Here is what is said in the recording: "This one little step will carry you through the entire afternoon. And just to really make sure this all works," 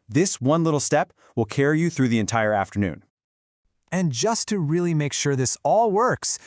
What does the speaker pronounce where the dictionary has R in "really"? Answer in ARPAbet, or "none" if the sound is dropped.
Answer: R